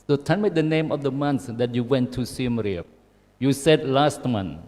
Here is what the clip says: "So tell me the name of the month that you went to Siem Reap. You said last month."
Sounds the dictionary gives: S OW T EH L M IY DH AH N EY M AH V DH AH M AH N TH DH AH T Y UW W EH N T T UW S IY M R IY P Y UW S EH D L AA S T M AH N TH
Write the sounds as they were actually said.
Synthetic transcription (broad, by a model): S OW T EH N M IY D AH N EY M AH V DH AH M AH N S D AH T Y UW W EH N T T UW S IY M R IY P Y UW S EH D L AA S T M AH N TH